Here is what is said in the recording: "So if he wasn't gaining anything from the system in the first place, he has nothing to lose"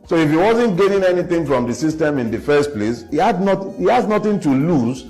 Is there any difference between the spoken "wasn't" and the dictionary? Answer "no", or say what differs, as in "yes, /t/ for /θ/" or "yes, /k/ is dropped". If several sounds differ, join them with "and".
no